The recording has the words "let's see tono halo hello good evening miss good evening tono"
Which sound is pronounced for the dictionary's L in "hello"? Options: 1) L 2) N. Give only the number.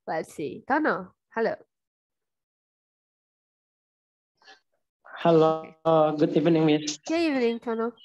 1